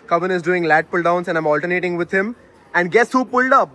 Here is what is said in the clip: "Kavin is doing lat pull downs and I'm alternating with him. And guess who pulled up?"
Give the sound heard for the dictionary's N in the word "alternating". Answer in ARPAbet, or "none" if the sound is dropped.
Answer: none